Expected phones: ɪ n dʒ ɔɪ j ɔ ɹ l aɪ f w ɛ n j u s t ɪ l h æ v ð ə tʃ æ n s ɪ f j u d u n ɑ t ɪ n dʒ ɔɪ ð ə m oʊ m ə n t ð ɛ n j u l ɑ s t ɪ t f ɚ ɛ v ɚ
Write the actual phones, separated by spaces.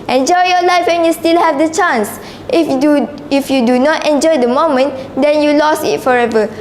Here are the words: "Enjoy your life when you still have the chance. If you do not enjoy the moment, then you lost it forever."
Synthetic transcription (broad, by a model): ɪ n dʒ ɔɪ j ɔ l aɪ f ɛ n j u s t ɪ l h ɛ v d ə tʃ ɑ n s ɪ f j u d u n ɑ t ɪ n dʒ ɔɪ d ə m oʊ m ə n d ɛ n j u l ɑ s ɪ t f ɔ ɛ v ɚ